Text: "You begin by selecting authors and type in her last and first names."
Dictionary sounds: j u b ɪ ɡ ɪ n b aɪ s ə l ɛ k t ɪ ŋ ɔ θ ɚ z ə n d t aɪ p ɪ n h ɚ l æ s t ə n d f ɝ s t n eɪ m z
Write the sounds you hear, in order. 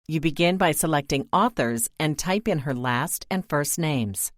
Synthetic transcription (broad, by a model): j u b ɪ ɡ ɪ n b aɪ s ə l ɛ k t ɪ ŋ ɔ θ ɚ z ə n t aɪ p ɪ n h ɚ l æ s t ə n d f ɝ s t n eɪ m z